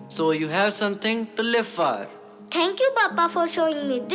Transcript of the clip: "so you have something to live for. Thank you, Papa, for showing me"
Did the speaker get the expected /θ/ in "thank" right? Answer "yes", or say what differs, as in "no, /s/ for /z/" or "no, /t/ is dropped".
no, /t/ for /θ/